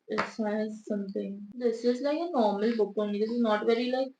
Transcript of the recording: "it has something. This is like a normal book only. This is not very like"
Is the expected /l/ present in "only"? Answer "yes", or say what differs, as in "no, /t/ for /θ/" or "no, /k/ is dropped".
no, /l/ is dropped